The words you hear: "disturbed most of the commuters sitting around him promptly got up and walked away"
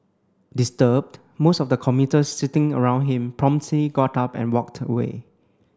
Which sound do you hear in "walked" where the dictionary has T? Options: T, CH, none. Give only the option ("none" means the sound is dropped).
T